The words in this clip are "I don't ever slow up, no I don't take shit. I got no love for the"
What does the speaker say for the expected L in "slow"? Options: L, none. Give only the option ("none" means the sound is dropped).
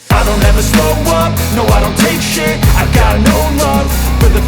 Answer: none